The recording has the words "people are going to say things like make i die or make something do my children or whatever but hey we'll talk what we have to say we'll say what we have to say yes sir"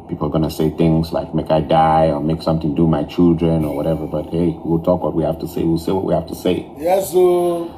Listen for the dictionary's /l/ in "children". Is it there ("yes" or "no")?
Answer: yes